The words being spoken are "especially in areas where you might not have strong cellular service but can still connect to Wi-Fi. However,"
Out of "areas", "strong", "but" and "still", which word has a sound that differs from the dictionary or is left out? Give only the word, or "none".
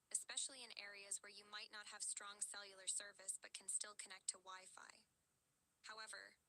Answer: none